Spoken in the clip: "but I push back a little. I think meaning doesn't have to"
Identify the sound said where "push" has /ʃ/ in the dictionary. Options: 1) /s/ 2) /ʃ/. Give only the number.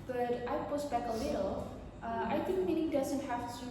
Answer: 1